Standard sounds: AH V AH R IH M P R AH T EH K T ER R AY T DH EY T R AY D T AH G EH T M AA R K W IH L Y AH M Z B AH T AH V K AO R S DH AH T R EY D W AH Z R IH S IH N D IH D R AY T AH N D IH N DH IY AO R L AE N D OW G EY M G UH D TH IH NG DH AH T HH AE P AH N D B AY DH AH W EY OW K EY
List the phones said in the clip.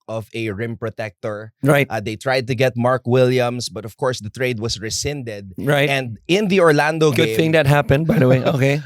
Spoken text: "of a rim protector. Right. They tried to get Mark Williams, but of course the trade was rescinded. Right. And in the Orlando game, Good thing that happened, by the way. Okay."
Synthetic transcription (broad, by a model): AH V AH R IH M P R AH T EH K T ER R AY T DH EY T R AY D T AH G EH T M AA R K W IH L Y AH M S B AH T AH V K AO R S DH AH T R EY D W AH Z R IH S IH N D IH D R AY T AH N D IH N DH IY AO R L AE N D OW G G UH D TH IH NG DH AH T HH AE P AH N D B AY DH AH W EY OW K EY